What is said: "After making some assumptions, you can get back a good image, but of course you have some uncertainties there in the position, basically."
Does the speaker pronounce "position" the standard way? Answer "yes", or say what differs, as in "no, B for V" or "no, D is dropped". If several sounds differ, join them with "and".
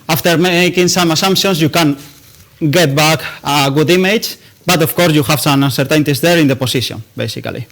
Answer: no, S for Z